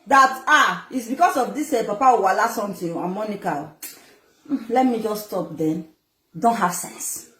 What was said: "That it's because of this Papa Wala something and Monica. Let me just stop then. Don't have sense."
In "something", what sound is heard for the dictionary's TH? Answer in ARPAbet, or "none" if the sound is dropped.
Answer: T